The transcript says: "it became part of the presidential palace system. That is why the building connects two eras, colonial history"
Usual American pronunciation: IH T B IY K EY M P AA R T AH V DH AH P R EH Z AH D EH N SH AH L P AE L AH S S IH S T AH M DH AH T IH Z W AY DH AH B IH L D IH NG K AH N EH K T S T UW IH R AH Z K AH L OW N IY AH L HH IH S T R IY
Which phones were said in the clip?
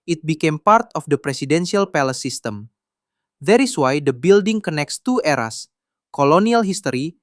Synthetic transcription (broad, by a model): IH T B IY K EY M P AA R T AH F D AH P R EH S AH D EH N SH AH L P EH L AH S S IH S T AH M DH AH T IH S W AY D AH B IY L D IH NG K AH N EH K T S T UW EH R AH S K AH L OW N IY AH L HH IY S T R IY